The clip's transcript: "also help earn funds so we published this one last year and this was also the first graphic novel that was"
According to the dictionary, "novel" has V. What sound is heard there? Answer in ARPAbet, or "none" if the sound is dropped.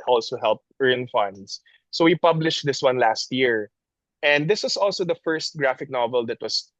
V